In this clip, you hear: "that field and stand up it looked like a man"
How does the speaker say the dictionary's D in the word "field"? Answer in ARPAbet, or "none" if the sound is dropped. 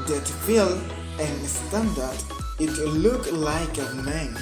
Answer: none